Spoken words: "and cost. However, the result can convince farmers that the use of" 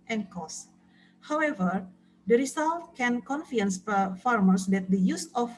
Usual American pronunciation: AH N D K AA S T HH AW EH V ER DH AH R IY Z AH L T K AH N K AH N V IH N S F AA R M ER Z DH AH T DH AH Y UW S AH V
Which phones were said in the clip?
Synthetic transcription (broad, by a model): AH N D K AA S HH AW EH V ER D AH R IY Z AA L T K AH N K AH N F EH N S F AA R M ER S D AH T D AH Y UW S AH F